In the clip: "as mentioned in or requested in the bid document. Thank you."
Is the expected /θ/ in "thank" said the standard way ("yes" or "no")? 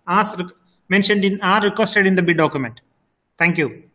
no